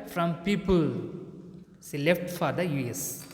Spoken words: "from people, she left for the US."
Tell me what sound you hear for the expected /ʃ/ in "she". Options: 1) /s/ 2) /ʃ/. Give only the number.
1